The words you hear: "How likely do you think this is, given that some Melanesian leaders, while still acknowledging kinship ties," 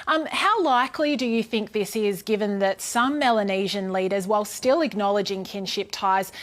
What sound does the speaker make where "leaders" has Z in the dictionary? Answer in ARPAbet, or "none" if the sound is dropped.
Z